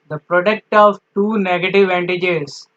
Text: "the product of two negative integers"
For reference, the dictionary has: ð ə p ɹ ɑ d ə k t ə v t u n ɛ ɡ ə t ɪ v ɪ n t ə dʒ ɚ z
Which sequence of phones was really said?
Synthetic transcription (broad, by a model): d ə p ɹ ɑ d ə k t ə v t u n ɛ ɡ ə t ɪ v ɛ n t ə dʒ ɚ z